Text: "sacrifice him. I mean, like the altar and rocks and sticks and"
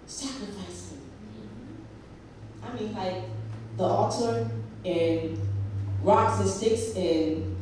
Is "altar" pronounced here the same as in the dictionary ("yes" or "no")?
no